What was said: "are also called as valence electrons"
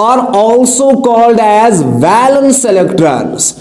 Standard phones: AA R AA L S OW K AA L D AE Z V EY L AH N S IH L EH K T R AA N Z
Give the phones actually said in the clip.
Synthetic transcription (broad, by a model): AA R AA L S OW K AA L D AE Z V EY L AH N S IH L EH K T R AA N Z